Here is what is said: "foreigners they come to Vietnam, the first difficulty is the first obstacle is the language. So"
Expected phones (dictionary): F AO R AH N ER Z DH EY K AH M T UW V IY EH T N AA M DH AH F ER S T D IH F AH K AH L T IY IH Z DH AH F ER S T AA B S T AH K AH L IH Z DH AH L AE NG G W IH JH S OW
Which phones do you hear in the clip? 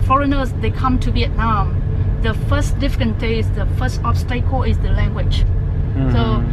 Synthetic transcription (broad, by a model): F AO R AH N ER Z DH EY K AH M T UW B IY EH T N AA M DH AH F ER S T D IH F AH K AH N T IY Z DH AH F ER S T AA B S T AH K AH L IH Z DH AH L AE NG G W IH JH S OW